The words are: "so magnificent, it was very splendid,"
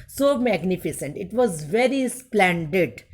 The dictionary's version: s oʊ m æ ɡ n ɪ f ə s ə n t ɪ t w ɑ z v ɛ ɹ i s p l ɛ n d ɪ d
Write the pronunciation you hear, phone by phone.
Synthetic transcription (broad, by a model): s oʊ m æ ɡ n ɪ f ə s ə n t ɪ t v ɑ z v ɛ ɹ i s p l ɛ n d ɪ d